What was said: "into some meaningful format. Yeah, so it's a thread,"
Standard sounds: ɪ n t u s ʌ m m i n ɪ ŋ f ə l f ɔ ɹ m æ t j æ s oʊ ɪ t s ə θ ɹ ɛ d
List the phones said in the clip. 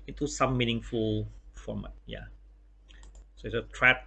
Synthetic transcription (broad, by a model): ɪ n t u s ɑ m m i n ɪ ŋ f ə l f ɹ ɔ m j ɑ s oʊ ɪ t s ə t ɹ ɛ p